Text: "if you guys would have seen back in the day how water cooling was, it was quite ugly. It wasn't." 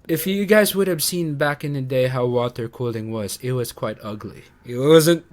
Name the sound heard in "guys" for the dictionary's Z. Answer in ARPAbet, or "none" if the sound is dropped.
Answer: Z